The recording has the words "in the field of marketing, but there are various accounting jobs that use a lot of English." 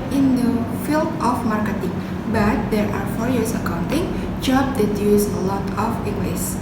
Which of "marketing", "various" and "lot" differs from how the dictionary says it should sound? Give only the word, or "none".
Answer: various